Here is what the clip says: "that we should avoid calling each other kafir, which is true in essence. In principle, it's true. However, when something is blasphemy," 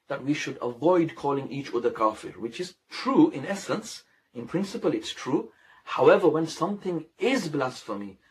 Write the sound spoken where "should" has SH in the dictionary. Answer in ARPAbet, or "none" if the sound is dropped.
SH